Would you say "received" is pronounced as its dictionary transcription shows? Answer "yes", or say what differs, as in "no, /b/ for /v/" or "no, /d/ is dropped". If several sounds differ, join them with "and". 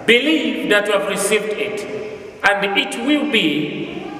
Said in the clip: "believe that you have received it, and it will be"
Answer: yes